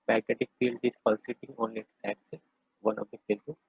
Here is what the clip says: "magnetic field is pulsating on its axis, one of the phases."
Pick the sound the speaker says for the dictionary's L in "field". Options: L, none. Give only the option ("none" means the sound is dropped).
L